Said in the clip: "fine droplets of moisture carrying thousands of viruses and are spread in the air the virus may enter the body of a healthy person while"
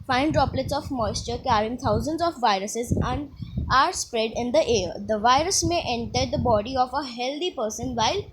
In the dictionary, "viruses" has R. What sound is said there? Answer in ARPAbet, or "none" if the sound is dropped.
R